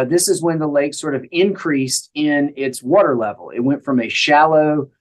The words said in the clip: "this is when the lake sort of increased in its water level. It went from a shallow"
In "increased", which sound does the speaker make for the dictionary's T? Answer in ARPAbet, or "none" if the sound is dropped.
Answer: T